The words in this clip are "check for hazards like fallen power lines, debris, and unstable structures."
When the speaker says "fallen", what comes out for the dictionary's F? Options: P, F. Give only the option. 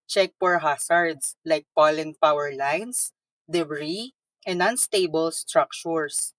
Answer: P